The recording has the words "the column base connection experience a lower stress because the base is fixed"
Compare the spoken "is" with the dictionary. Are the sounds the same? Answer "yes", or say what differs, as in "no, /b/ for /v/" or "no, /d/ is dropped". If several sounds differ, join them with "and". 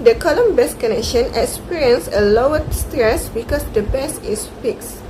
no, /s/ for /z/